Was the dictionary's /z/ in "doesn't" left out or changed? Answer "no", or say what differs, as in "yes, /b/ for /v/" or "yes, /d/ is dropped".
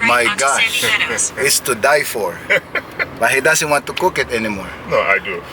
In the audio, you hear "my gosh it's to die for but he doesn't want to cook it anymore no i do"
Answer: yes, /s/ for /z/